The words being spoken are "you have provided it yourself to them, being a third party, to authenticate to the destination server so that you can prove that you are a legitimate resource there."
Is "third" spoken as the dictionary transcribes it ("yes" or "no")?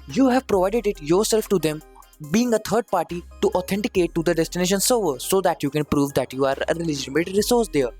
no